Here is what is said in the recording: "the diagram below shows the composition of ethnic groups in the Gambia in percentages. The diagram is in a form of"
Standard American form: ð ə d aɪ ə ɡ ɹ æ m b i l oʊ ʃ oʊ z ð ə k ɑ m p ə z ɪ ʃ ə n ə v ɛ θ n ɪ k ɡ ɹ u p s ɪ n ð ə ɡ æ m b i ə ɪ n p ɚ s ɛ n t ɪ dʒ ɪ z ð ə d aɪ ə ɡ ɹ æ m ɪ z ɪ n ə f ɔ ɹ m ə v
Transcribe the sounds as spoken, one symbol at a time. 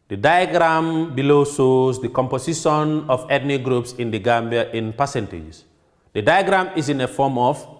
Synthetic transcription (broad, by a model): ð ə d aɪ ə ɡ ɹ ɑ m b i l oʊ s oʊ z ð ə k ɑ m p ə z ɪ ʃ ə n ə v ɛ t n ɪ ɡ ɹ u p s ɪ n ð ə ɡ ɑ m b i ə ɪ n p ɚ s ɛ n t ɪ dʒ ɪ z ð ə d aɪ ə ɡ ɹ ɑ m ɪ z ɪ n ə f ɔ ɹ m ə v